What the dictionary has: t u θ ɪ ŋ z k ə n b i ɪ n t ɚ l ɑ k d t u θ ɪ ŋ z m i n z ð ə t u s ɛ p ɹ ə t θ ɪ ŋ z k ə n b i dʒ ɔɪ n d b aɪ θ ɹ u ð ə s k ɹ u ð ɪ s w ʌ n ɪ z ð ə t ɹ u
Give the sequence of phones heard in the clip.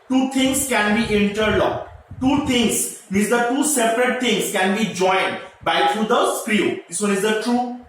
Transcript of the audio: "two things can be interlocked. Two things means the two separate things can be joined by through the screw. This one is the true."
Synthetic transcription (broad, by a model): t u t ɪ ŋ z k ə n b i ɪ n t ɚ l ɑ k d t u t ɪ ŋ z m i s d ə t u s ɛ p ɹ ə t t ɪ ŋ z k ə n b i dʒ ɔɪ n d b aɪ t ɹ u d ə s k ɹ u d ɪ s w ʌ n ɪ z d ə t ɹ u